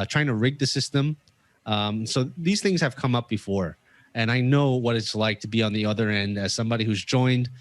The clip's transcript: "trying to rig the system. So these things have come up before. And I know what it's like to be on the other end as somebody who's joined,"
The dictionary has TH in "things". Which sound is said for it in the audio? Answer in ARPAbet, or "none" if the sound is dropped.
TH